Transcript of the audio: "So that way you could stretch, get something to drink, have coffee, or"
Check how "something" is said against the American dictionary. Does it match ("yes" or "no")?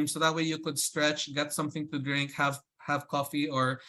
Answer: yes